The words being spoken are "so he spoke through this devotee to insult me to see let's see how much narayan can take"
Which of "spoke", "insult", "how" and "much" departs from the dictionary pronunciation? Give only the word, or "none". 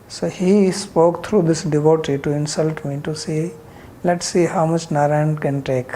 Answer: none